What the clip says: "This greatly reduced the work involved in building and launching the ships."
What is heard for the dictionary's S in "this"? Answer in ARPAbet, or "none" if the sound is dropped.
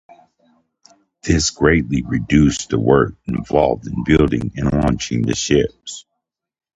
S